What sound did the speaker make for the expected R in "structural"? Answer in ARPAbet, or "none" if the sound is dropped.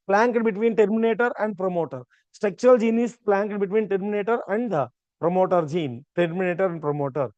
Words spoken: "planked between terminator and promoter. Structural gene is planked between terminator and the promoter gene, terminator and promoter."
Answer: none